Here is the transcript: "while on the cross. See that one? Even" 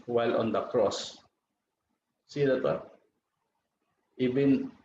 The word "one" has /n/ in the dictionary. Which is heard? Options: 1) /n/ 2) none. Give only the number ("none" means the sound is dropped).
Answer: 2